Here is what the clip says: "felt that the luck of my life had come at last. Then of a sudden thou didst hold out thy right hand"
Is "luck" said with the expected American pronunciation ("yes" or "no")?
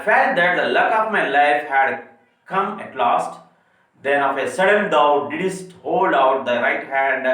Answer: yes